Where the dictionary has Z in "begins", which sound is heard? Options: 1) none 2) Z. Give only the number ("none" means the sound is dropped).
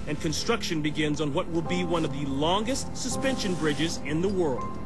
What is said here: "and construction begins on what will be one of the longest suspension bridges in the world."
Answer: 2